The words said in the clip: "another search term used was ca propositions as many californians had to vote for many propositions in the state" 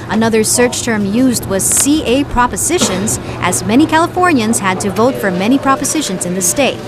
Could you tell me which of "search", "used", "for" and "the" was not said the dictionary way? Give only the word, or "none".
none